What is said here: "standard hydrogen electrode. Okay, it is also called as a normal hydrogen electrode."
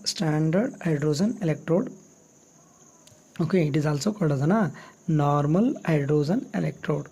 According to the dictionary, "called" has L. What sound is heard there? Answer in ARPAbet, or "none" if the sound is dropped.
none